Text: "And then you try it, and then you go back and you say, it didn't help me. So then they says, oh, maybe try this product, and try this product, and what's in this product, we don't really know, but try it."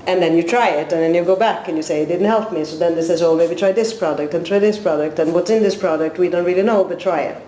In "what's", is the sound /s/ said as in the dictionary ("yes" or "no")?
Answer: yes